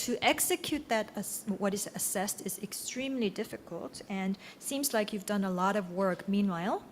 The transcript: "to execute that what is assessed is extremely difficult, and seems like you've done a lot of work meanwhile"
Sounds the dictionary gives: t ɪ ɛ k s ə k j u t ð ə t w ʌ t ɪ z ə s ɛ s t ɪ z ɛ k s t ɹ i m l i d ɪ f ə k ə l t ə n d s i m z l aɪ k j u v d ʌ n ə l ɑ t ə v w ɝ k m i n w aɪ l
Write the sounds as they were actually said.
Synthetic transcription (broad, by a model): t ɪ ɛ k s ə k j u t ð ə t w ʌ t ɪ z ə s ɛ s t ɪ z ɛ k s t ɹ i m l i d ɪ f ə k ə l t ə n s i m z l aɪ k j u v d ʌ n ə l ɑ t ə v w ɝ k m i n w aɪ l